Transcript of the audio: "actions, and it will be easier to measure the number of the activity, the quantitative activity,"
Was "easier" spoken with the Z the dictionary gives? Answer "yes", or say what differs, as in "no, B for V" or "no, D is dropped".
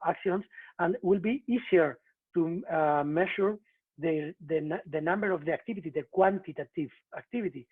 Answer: no, S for Z